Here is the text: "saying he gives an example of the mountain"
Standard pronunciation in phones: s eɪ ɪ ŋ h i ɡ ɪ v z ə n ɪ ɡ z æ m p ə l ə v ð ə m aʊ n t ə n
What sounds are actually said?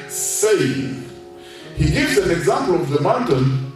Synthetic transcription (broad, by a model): s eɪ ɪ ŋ h i ɡ ɪ v z ə n ɪ ɡ z æ m p ə l ə v ð ə m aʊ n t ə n